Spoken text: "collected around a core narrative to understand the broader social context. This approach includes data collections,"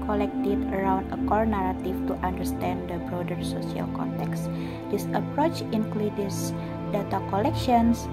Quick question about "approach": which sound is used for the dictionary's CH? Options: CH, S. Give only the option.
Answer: CH